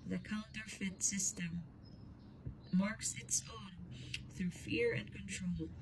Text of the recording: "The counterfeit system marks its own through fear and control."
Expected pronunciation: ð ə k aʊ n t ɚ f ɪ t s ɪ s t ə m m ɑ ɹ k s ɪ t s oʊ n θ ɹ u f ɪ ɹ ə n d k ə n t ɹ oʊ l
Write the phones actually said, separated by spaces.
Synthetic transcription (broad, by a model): ð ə k aʊ n t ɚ f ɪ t s ɪ s t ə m m ɑ ɹ k s ɪ t s oʊ n θ ɹ u f ɪ ɹ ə n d k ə n t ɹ oʊ l